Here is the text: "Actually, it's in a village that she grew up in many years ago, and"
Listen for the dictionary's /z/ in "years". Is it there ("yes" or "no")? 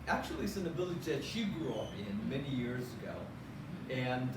yes